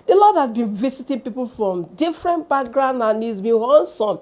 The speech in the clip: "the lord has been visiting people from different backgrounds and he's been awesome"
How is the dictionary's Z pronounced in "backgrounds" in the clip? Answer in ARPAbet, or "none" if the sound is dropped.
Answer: none